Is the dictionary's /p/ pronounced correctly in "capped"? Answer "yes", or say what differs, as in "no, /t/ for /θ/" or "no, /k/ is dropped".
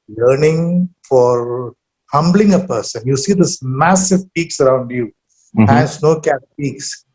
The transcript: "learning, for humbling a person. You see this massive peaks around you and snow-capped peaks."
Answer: no, /p/ is dropped